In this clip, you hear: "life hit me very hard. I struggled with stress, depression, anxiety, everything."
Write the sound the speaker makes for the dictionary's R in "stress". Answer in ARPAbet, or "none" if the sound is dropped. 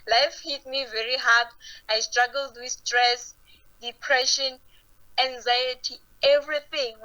R